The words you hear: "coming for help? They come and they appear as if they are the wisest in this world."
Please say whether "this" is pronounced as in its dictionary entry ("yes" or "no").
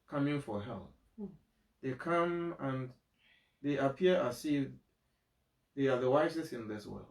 yes